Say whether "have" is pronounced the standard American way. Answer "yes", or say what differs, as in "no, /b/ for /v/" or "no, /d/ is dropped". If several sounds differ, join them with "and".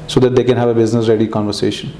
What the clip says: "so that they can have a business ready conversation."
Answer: yes